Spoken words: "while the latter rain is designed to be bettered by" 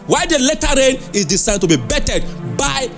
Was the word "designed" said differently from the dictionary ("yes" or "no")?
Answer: yes